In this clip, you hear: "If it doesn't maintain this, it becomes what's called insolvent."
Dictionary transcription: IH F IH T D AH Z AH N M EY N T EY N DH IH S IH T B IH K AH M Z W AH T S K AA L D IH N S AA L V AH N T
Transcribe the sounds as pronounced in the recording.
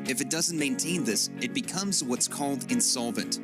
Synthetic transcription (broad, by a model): IH F IH T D AH Z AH N M EY N T EY N DH IH S IH T B IH K AH M Z W AH T S K AA L D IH N S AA L V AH N T